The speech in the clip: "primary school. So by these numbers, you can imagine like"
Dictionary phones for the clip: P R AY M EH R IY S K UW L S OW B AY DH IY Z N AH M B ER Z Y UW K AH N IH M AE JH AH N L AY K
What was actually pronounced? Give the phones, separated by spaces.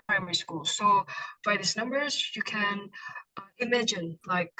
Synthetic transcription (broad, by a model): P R AY M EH R IY S K UW L S OW B AY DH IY S N AH M B ER Z Y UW K AH N IH M AE JH AH N L AY K